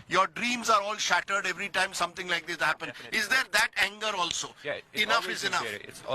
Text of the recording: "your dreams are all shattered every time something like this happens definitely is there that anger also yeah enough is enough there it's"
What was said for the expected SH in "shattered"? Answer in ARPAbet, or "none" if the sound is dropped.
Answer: SH